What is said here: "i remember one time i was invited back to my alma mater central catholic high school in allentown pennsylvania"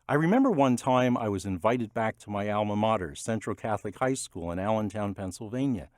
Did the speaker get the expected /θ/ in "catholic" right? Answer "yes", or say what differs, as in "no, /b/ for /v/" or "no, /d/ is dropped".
yes